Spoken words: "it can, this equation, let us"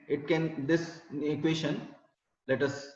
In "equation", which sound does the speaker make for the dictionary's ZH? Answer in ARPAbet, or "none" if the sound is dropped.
SH